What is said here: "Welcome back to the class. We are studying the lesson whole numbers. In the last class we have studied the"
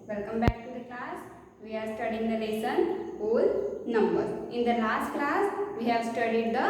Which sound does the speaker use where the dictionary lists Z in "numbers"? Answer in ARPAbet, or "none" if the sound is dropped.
none